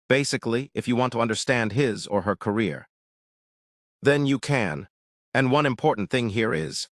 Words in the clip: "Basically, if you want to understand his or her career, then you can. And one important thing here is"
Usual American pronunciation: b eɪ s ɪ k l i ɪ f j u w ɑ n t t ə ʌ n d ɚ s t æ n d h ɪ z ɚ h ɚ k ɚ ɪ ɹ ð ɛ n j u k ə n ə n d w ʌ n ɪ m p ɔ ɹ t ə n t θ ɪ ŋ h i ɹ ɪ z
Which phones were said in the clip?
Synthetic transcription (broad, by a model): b eɪ s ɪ k l i ɪ f j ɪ w ɑ n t t ə ʌ n d ɚ s t æ n d h ɪ z ɚ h ɚ k ɚ ɪ ɹ ð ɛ n j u k ə n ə n w ʌ n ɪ m p ɔ ɹ t n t θ ɪ ŋ h i ɹ ɪ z